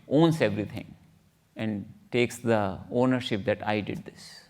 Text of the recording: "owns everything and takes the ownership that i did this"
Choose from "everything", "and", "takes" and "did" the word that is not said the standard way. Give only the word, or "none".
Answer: everything